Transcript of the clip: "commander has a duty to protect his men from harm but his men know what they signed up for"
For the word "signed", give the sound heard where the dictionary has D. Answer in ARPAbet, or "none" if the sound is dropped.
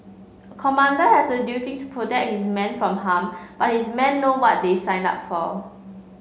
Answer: none